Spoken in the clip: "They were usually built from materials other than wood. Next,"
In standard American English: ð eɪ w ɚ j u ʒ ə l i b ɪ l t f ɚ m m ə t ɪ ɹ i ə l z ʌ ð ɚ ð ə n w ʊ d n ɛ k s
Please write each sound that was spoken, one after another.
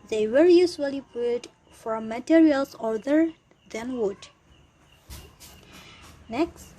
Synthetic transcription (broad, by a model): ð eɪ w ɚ j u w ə l i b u t f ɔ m m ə t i ɹ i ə l s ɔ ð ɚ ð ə n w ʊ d n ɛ k s